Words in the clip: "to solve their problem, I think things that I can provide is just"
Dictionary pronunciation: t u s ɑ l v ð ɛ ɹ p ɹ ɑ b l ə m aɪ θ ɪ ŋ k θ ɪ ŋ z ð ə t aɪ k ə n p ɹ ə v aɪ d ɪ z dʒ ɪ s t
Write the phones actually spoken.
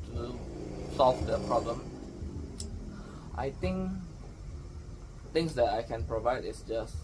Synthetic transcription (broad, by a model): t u s ɑ l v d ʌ p ɹ ɑ b l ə m aɪ t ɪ ŋ k t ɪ ŋ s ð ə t aɪ k ə n p ɹ ə v aɪ d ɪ s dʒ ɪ s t